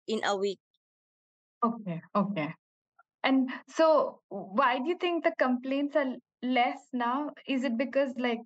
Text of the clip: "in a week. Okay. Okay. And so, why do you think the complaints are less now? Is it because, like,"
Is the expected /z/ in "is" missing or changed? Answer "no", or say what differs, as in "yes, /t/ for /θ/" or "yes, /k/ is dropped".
no